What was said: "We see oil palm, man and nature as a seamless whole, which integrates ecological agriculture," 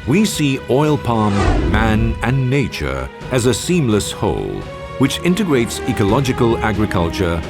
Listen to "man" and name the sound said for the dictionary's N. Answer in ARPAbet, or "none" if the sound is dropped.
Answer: N